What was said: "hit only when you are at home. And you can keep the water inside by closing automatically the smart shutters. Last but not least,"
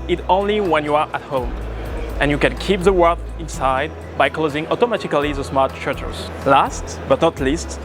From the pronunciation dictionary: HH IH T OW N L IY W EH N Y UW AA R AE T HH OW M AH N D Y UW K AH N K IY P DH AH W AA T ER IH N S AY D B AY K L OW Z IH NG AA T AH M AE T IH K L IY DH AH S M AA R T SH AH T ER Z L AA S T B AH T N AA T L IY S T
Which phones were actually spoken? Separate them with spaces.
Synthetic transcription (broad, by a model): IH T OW N L IY W EH N Y UW AA R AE T HH OW M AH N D Y UW K AH N K IY P DH AH W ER IH N S AY D B AY K L OW Z IH NG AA T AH M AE T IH K L IY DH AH S M AA R T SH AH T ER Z L AA S T B AH T N AA T L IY S T